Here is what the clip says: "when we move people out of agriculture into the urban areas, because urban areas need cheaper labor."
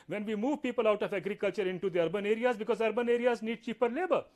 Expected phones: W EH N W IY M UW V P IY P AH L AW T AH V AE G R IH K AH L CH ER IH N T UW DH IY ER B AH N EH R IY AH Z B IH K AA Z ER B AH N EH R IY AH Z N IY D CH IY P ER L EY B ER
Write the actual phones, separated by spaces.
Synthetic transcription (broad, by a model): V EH N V IY M UW V P IY P AH L AW T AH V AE G R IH K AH L CH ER IH N T UW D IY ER B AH N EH R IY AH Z B IH K AA Z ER B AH N EH R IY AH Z N IY D CH IY P ER L EY B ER